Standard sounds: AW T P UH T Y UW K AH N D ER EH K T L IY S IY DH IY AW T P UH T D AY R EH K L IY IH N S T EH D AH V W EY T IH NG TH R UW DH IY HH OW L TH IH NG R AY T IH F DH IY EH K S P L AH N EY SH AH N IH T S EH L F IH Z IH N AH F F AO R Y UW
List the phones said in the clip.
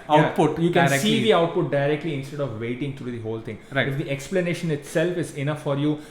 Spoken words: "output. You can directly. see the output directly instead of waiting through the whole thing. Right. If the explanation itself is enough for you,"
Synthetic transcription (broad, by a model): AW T P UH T Y UW K AH N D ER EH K S IY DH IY AW T P UH T D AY R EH K L IY IH N S T EH D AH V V EY T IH NG T R UW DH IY HH OW L T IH NG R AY IH F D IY EH K S P L AH N EY SH AH N IH T S EH L F IH Z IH N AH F F AO R Y UW